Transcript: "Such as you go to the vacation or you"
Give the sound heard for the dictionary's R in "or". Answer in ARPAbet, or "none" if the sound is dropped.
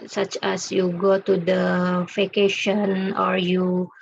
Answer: R